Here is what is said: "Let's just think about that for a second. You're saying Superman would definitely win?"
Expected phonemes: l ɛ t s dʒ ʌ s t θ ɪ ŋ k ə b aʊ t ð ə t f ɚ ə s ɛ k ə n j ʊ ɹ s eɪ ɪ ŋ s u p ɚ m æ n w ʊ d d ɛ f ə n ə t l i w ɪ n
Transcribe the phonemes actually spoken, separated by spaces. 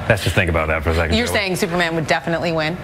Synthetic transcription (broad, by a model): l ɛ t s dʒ ʌ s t θ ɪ ŋ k ə b aʊ t ð ə t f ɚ ə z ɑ ə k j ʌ ɹ s eɪ ɪ ŋ s u p ɚ m æ n w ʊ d d ɛ f ə n ə t l i w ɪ n